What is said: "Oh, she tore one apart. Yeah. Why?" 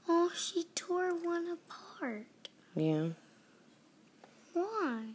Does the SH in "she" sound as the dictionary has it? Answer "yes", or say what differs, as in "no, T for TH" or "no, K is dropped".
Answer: yes